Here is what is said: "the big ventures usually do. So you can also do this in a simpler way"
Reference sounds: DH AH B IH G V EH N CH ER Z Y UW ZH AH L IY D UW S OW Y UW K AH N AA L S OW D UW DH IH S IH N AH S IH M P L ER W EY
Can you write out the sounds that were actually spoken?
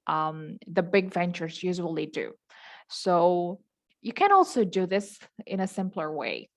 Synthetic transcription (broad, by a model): DH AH B IH G V EH N CH ER Z Y UW ZH AH L IY D UW S OW Y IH K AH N AA L S OW D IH DH IH S IH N AH S IH M P L ER W EY